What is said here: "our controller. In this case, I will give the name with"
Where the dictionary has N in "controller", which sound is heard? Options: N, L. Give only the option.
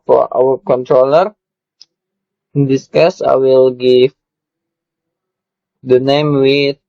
N